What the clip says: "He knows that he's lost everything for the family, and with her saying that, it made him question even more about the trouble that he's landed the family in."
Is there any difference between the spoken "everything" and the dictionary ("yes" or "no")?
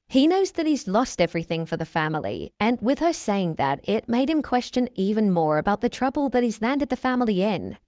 no